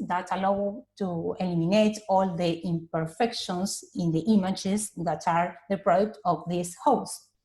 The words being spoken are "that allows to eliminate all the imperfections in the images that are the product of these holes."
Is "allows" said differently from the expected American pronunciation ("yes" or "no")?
yes